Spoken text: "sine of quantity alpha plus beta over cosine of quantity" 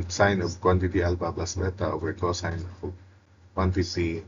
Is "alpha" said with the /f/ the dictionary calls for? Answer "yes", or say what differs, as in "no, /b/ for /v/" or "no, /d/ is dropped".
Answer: no, /p/ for /f/